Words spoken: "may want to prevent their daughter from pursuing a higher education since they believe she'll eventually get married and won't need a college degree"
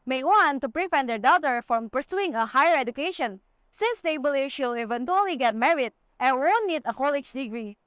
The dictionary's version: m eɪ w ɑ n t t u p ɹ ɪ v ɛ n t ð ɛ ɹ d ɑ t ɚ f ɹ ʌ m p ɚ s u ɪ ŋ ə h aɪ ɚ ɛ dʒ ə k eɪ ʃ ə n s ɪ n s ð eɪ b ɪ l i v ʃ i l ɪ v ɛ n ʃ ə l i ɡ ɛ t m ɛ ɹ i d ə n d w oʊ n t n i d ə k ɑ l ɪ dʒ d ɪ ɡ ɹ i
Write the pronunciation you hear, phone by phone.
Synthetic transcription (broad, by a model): m eɪ w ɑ n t t u p ɹ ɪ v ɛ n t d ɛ ɹ d ɑ t ɚ f ɹ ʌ m p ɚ s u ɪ ŋ ə h aɪ ɚ ɛ dʒ ə k eɪ ʃ ə n s ɪ n s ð eɪ b ɪ l i v ʃ i l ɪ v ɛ n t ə l i ɡ ɛ t m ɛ ɹ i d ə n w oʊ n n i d ə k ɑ l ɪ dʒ d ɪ ɡ ɹ i